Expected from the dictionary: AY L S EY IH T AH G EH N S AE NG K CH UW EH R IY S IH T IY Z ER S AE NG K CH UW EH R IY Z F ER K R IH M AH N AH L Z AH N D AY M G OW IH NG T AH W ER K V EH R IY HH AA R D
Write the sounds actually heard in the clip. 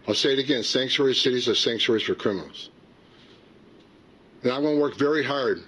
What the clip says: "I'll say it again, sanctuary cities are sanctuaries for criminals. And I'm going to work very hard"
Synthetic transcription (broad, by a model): AY L S EY IH T AH G EH N S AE NG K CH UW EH R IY S IH T IY Z ER S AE NG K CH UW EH R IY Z F ER K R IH M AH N L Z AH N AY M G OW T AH W ER K V EH R IY HH AA R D